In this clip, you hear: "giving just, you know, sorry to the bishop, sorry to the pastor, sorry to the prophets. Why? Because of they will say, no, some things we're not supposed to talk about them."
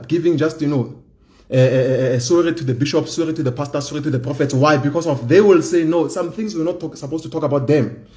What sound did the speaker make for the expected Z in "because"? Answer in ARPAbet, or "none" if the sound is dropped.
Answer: S